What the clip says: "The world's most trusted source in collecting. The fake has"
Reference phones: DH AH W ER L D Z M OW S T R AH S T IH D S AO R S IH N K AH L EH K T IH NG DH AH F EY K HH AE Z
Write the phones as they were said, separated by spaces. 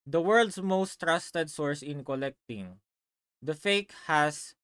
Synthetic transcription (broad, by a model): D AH W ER L D S M OW S T R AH S T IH D S AO R S IH N K AH L EH K T IH NG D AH F EY K HH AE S